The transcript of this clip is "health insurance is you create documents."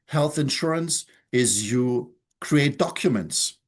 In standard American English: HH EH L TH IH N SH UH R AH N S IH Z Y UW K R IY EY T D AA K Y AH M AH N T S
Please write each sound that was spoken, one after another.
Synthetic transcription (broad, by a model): HH EH L TH IH N SH UH R AH N S IH Z Y UW K R IY EY T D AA K Y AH M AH N T S